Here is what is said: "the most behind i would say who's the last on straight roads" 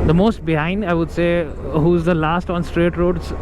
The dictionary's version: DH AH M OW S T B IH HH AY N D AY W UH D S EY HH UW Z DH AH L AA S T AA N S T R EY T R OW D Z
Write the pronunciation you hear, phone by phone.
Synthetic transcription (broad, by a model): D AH M OW S T B IH HH AY N D AY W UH D S EY HH UW Z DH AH L AA S T AA N S T R EY T R OW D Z